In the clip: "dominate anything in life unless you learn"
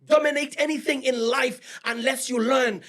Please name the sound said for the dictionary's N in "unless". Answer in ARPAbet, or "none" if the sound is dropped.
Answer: N